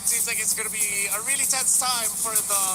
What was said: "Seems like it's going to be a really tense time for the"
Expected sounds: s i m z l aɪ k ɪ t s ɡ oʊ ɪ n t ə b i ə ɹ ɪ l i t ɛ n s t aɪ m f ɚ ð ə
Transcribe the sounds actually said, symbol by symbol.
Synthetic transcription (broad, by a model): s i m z l aɪ k ɪ t s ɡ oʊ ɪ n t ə b i ə ɹ ɪ l i t ɛ n s t aɪ m f ɚ ð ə